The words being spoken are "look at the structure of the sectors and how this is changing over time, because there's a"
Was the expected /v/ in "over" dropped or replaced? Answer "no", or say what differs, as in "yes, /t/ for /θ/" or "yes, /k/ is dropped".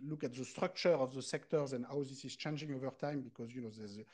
no